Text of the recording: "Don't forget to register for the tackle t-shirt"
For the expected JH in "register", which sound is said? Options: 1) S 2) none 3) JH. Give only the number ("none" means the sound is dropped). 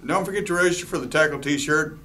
2